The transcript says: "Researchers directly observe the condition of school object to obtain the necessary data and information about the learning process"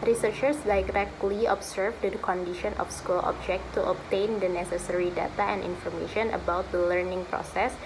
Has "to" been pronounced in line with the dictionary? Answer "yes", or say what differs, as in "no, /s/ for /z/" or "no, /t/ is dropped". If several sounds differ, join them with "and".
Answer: yes